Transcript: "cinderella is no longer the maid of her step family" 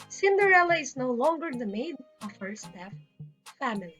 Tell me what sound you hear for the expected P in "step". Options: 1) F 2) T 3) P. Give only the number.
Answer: 1